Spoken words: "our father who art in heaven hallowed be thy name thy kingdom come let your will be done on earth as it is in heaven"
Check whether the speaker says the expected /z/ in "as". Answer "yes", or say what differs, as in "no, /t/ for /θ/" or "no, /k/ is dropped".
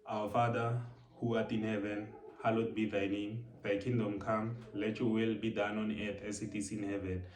no, /s/ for /z/